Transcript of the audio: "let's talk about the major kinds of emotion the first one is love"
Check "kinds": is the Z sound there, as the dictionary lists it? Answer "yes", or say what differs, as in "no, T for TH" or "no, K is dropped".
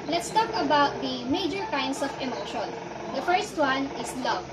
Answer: no, S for Z